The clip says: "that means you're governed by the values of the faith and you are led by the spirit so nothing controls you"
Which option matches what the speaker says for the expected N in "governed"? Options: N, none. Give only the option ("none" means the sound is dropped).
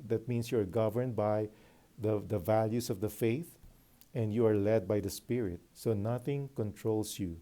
N